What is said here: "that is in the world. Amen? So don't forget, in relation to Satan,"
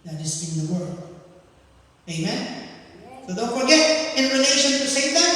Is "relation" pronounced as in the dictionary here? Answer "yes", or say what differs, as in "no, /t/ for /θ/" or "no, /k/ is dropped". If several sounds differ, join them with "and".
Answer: no, /n/ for /l/